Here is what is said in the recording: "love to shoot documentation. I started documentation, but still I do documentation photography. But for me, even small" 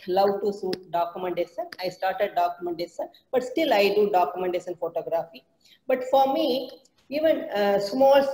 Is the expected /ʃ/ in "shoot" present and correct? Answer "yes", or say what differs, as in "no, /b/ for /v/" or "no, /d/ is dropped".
no, /s/ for /ʃ/